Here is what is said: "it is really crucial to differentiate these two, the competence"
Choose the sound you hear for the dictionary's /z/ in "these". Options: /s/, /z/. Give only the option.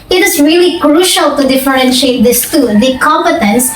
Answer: /s/